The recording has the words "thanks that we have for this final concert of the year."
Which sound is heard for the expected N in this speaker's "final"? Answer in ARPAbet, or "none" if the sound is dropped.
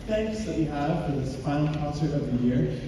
none